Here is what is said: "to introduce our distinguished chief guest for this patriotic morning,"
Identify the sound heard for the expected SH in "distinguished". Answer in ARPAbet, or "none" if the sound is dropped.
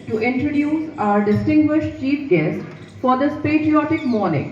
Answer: SH